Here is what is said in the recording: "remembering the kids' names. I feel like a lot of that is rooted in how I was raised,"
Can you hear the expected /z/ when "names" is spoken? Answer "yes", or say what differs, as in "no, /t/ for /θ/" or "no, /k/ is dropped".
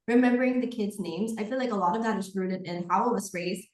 yes